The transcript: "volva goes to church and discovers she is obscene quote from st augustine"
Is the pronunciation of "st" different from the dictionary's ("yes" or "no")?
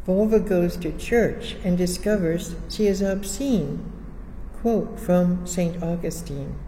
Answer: no